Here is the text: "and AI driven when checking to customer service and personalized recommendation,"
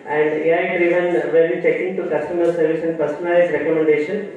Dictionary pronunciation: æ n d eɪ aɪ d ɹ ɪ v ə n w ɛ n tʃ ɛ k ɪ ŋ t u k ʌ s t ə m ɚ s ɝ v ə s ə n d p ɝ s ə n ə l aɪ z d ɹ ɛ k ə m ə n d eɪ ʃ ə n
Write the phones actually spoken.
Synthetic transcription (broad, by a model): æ n d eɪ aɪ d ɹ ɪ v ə n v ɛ l tʃ ɛ k ɪ ŋ t u k ʌ s t ə m ɚ s ɝ v ə s ə n d p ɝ s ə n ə ɪ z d ɹ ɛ k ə m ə n d eɪ ʃ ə n